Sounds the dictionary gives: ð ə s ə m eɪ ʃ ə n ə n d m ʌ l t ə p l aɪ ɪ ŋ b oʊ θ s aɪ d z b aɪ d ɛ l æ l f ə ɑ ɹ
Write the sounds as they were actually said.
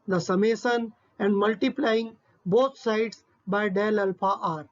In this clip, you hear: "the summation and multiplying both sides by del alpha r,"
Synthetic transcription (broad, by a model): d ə s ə m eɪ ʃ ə n ə n d m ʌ l t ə p l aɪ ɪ ŋ b oʊ t s aɪ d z b aɪ d ɛ l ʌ l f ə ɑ ɹ